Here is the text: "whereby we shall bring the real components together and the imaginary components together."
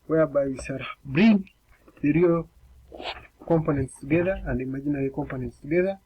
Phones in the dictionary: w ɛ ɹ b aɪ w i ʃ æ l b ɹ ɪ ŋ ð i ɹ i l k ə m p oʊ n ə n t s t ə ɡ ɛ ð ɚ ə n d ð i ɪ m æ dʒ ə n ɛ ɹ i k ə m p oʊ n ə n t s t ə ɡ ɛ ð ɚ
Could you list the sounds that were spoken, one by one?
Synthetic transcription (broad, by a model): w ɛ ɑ b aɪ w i s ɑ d b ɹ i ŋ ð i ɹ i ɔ k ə m p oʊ n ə n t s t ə ɡ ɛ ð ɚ ə n d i m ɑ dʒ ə n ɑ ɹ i k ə m p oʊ n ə n t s t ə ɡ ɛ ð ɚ